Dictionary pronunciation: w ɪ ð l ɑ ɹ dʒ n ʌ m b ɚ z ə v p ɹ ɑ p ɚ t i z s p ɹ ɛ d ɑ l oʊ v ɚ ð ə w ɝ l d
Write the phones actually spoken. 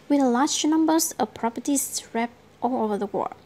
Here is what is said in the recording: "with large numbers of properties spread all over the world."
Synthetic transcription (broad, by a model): w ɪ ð l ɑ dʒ n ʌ m b ɚ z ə p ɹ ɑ p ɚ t i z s ɹ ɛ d ɑ l oʊ v ɚ ð ə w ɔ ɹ